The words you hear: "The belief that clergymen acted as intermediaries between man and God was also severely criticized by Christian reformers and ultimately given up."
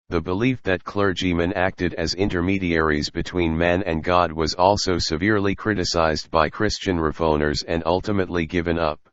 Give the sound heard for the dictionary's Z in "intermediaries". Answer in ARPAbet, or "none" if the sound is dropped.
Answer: Z